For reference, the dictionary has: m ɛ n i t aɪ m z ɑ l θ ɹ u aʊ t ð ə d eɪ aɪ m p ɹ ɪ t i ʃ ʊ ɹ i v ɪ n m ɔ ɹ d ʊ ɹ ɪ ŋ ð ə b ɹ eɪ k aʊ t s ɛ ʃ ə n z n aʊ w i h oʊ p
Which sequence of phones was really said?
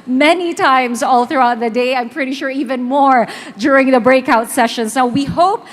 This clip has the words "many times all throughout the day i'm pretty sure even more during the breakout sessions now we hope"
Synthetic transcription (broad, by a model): m ɛ n i t aɪ m z ɑ l θ ɹ u aʊ t ð ə d eɪ aɪ m p ɹ ɪ t i ʃ ʊ ɹ i v ɪ n m ɔ ɹ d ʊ ɹ ɪ ŋ ð ə b ɹ eɪ k aʊ t s ɛ ʃ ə n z n aʊ w i h oʊ p